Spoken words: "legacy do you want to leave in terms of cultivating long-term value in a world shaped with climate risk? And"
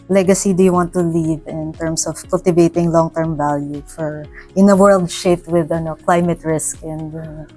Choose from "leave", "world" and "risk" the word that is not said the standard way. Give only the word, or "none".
none